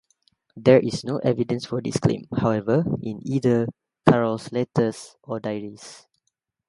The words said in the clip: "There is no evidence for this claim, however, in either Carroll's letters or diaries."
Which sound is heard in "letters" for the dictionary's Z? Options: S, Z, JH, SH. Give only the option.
S